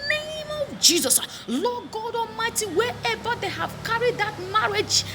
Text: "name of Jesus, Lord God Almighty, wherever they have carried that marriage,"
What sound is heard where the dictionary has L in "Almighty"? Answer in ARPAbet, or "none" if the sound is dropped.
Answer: none